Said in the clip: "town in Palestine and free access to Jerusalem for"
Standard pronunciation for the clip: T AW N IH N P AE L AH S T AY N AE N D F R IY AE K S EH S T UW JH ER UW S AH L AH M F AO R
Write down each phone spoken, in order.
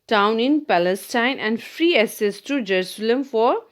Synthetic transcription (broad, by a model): T AW N IH N P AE L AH S T AY N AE N D F R IY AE S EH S T UW JH ER UW S AH L AH M F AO R